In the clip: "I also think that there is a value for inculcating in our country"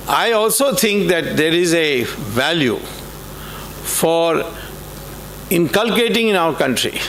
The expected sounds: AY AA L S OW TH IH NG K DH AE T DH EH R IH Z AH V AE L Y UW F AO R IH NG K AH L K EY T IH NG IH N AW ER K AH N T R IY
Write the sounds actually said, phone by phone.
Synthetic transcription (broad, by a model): AY AA L S OW T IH NG K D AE T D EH R IH Z AH V AE L Y UW F AO R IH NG K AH L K EY T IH NG IH N AW ER K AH N T R IY